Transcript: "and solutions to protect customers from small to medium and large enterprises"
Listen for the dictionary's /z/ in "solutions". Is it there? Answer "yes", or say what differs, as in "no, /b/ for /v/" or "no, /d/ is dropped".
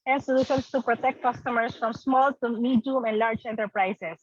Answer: no, /s/ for /z/